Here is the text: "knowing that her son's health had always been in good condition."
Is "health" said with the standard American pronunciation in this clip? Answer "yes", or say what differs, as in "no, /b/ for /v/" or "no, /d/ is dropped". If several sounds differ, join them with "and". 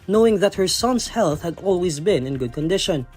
yes